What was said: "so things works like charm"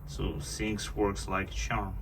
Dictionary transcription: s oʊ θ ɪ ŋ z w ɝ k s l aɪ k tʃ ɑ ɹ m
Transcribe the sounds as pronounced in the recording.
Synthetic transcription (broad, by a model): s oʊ s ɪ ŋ s w ɝ k s l aɪ k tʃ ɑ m